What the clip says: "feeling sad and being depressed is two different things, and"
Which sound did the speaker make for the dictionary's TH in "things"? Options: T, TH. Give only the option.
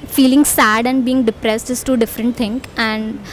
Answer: T